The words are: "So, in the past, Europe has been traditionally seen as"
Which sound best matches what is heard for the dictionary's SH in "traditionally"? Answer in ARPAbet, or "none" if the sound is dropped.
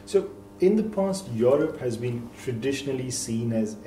SH